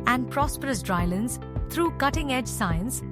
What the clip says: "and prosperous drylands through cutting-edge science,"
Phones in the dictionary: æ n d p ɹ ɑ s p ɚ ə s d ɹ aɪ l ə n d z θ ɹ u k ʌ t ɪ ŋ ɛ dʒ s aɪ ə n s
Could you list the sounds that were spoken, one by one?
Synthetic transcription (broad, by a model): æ n d p ɹ ɑ s p ɚ ə s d ɹ aɪ l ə n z t ɹ u k ʌ t ɪ ŋ ɛ dʒ s aɪ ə n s